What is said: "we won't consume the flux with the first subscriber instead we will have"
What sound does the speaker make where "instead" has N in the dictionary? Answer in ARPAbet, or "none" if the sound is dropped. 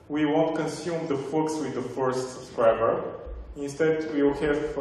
N